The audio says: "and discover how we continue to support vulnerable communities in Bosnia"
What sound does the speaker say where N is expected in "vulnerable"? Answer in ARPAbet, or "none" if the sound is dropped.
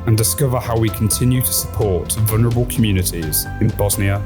N